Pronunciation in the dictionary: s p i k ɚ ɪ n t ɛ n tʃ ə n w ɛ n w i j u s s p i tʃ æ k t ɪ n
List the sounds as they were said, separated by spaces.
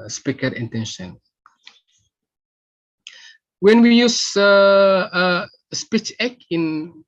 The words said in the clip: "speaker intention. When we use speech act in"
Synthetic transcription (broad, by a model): s p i k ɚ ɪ n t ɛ n ʃ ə n w ɛ n w i j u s s p i tʃ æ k ɪ n